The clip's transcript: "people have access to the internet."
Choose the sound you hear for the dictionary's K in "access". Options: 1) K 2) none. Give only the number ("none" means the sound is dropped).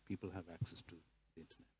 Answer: 1